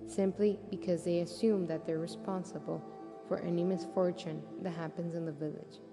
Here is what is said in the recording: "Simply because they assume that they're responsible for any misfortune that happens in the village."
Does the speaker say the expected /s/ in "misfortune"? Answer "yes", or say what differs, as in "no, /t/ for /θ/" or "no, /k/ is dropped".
yes